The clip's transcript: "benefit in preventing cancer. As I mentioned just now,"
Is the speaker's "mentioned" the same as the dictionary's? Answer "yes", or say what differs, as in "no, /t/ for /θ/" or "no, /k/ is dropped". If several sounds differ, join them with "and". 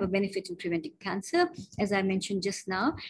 yes